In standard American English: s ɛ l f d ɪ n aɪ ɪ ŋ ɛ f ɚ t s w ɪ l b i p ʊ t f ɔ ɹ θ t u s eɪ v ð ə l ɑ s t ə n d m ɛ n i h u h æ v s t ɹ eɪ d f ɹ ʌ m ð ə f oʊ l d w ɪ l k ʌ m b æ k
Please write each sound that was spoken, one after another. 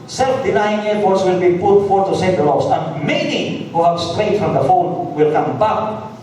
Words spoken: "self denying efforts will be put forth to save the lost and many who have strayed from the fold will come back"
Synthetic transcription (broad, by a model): s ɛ l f d ɪ n aɪ ɪ ŋ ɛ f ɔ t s w ɪ l b i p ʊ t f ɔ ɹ t u s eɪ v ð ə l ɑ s ə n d m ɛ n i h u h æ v s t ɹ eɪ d f ɹ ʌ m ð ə f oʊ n w ɪ l k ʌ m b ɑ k